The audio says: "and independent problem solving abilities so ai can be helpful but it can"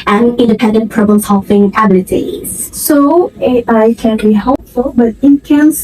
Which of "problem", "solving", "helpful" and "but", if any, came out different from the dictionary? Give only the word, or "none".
solving